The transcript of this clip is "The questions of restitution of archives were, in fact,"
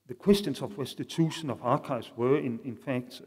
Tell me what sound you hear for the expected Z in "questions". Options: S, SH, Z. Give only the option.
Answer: S